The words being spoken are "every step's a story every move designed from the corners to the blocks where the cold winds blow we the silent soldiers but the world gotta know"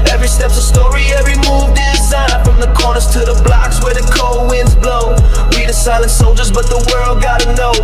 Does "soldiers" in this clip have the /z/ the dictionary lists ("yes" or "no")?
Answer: yes